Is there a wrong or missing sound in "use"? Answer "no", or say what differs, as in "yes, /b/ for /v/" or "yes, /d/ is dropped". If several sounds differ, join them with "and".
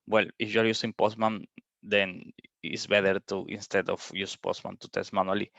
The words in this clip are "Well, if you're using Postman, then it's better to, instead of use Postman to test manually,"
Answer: no